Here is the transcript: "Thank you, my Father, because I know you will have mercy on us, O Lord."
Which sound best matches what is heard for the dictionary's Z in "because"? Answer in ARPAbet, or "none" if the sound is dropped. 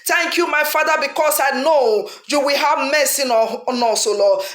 S